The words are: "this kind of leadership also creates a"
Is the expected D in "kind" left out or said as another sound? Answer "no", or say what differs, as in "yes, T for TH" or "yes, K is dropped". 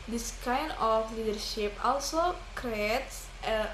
yes, D is dropped